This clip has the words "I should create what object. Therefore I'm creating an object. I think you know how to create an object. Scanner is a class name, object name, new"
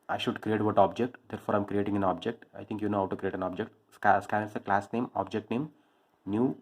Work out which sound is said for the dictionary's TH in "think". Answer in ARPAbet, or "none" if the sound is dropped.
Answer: T